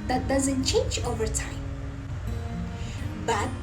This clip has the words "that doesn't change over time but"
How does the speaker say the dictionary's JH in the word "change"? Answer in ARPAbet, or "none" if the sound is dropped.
JH